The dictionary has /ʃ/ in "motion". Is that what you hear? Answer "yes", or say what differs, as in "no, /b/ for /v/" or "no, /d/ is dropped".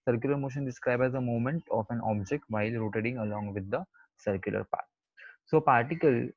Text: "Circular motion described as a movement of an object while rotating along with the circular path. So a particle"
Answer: yes